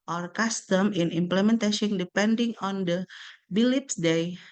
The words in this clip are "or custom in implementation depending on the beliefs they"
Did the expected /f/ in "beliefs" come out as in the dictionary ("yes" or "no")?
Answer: no